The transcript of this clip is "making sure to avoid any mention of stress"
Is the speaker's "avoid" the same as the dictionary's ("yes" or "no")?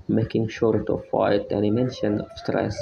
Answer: no